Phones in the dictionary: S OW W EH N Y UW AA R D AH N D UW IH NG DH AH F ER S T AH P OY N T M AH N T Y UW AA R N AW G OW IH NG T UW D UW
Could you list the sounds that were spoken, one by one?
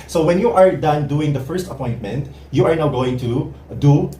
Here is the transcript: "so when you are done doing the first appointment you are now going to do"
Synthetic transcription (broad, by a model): S OW W EH N Y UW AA R D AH N D UW IH NG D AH F ER S T AH P OY N T M AH N T Y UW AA R N AW G OW IH NG T UW D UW